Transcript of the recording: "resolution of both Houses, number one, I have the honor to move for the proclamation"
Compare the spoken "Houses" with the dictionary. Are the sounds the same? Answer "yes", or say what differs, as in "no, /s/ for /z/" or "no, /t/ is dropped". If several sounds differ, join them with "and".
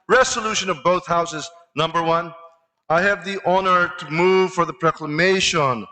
yes